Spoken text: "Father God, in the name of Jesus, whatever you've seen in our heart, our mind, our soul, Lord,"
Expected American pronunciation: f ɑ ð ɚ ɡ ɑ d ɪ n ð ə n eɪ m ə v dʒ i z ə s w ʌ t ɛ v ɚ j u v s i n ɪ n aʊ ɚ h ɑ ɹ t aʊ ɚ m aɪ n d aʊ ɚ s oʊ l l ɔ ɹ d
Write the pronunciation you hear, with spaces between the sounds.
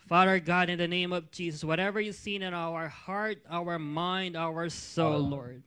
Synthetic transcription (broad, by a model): f ɑ ð ɚ ɡ ɑ d ɪ n ð ə n eɪ m ə v dʒ i z ə s w ʌ t ɛ v ɚ j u s i n ɪ n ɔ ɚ h ɑ ɹ t aʊ ɚ m aɪ n d aʊ ɚ s oʊ l l ɔ ɹ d